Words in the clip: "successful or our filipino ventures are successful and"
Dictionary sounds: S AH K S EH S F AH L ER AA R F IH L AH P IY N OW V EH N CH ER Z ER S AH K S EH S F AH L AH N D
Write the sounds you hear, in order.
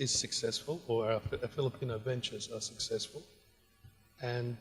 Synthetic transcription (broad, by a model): S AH K S EH S F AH L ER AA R F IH L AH P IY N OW V EH N CH ER Z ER S AH K S EH S F AH L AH N